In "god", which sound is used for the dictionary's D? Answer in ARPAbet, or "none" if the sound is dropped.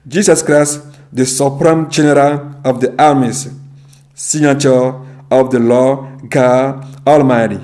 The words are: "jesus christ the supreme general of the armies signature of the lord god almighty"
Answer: none